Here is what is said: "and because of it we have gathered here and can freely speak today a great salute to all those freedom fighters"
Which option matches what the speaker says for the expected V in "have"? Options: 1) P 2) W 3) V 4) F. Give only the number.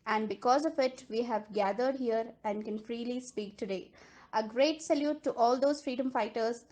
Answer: 3